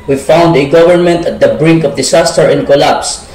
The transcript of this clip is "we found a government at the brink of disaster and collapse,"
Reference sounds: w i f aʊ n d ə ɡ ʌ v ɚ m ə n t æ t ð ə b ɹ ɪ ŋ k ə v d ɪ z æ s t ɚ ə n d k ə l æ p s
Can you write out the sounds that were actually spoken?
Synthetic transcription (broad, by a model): w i f aʊ n d ə ɡ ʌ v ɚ m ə n t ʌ t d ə b ɹ ɪ ŋ k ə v d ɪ s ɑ s t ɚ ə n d k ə l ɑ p s